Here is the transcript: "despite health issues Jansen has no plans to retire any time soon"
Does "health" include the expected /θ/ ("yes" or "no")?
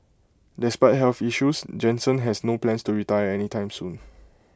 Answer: no